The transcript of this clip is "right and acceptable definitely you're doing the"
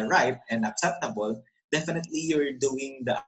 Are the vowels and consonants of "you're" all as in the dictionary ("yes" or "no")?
yes